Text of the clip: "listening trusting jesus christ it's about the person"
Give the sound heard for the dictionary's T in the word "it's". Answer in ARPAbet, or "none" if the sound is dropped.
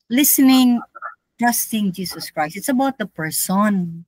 T